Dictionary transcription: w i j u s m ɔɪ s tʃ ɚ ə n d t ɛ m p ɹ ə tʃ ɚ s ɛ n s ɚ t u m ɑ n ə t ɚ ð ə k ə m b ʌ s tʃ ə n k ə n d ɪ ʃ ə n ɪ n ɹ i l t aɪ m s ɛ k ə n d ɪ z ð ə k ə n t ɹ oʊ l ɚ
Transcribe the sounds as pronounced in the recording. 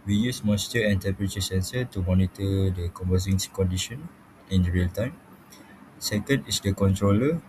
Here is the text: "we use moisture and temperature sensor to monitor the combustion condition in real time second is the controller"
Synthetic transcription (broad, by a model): w i j u s m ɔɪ s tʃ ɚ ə n t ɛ p ɹ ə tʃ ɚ s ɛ n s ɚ t u m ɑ n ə t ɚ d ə k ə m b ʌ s ə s k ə n d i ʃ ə n ɪ n ɹ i l t aɪ m s ɛ k ə n d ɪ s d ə k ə n t ɹ oʊ l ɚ